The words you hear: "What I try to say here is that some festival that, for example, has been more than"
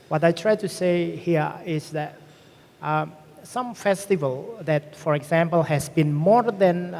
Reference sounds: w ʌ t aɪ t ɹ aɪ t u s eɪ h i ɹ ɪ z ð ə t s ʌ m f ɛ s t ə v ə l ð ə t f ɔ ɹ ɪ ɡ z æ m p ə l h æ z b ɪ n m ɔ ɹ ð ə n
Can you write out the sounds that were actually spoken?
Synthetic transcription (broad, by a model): w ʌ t aɪ t ɹ aɪ t u s eɪ h i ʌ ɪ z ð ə t s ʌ m f ɛ s t ə v ə l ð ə t f ɔ ɹ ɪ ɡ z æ m p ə l h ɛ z b ɪ n m ɔ ɹ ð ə n